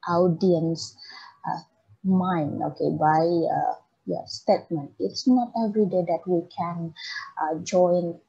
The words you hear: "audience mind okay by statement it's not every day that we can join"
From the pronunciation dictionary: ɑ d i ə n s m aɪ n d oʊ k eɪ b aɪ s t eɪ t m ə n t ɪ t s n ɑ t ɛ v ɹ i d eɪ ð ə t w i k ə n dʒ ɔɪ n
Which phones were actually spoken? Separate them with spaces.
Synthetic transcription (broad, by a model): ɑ d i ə n s m aɪ n oʊ k eɪ b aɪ s t eɪ t m ə n t ɪ t s n ɑ t ɛ v ɹ i d eɪ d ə t w i k ə n dʒ ɔɪ n